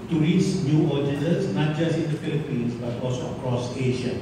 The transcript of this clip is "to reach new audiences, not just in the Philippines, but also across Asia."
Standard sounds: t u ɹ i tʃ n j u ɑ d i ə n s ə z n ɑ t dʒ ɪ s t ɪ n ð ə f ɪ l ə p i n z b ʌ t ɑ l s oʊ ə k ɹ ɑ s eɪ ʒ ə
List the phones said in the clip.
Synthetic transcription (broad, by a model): t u ɹ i s n j u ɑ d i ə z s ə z n ɑ t dʒ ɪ s ɪ n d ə f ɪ l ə p i n s b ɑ t ɑ l s oʊ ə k ɹ ɑ s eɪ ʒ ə